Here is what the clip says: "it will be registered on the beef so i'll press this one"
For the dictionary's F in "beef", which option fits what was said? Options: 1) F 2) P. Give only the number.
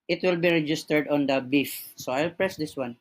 1